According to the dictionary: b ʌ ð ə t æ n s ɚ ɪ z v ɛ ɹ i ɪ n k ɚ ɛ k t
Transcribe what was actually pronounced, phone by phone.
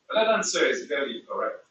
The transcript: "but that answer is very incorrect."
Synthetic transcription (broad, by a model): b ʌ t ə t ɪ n s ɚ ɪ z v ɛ l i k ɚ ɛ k t